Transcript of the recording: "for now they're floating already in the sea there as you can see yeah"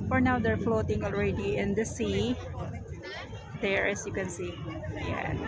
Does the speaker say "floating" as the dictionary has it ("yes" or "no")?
yes